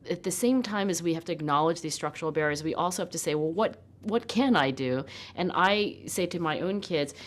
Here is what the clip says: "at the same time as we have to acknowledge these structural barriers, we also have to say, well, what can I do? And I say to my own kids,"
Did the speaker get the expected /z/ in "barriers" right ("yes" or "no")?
yes